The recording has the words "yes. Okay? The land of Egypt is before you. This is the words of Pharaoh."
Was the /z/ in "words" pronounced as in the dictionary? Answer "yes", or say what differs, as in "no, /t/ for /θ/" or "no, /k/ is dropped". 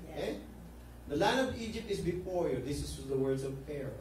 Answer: no, /s/ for /z/